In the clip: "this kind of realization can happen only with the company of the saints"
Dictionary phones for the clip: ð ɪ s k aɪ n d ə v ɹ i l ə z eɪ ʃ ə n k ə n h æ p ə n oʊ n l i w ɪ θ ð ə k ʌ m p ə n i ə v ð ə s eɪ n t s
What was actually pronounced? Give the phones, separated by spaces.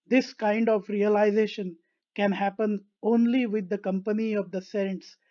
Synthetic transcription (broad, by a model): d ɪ s k aɪ n d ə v ɹ i l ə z eɪ ʃ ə n k ə n h æ p ə n oʊ n l i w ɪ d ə k ʌ m p ə n i ə v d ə s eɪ n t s